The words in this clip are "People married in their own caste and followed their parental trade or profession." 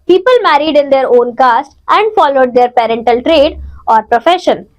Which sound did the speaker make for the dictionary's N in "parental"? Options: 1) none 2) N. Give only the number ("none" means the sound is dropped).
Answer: 2